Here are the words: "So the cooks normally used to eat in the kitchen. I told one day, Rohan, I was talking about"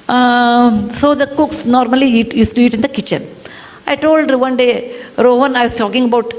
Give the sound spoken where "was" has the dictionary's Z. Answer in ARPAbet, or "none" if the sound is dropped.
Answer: S